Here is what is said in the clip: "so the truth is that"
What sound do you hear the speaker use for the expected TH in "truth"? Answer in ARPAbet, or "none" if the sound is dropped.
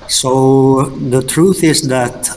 TH